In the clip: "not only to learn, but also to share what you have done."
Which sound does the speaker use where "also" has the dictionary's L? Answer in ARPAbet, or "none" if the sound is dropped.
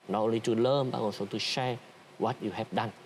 N